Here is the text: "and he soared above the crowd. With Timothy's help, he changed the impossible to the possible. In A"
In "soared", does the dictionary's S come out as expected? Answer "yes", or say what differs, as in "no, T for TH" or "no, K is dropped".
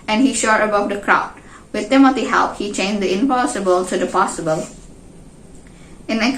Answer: no, SH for S